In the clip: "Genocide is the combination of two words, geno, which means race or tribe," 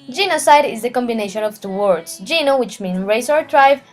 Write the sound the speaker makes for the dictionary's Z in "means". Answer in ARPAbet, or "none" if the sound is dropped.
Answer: none